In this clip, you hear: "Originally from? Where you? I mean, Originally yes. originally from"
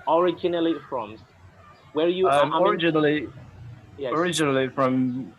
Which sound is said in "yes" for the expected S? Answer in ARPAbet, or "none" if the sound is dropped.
none